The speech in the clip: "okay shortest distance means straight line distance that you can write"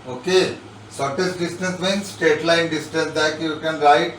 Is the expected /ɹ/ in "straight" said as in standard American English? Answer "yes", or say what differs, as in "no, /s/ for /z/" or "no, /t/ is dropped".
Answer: no, /ɹ/ is dropped